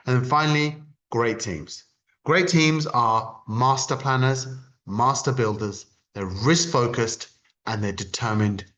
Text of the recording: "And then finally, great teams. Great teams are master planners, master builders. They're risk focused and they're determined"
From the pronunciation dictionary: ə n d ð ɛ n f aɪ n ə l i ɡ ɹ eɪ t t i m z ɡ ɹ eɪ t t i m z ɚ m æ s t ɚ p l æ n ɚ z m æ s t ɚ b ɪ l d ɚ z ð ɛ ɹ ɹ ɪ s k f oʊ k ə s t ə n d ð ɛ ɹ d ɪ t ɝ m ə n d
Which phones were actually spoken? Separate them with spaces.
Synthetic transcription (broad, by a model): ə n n f aɪ n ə l i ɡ ɹ eɪ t t i m z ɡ ɹ eɪ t t i m z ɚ m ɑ s t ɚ p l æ n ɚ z m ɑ s t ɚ b ɪ l d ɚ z ð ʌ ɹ ɹ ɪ s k f oʊ k ə s t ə n ð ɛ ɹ d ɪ t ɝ m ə n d